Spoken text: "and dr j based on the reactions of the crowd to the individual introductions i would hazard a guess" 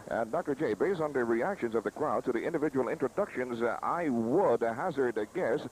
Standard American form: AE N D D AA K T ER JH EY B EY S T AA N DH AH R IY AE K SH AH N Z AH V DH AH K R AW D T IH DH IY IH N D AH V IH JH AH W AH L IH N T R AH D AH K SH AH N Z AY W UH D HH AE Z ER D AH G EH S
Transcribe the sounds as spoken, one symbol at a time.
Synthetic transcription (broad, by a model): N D D AA K T ER JH EY B EY S T N DH AH R IY AE K SH AH N Z AH V DH AH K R AW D T IH DH IY IH N D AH V IH JH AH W L IH N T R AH D AH K SH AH N Z AY W UH D HH AE Z ER D G EH S